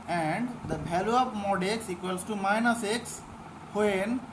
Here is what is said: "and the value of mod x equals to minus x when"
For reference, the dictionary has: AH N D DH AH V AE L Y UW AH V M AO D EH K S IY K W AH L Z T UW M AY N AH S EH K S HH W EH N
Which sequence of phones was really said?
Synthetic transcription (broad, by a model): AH N D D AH B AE L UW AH P M AO D EH K S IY K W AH L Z T UW M AY N AH S EH K S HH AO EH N